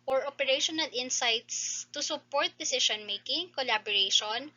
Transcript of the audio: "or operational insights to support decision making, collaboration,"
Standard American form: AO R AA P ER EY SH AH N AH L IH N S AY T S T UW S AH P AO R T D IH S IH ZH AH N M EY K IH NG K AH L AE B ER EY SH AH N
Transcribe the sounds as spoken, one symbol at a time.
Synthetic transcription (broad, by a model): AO R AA P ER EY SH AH N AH L IH N S AY T S T UW S AH P AO R T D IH S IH SH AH N M EY K IH NG K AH L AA B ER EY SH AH N